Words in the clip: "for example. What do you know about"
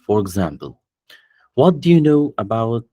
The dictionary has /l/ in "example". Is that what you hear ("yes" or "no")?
yes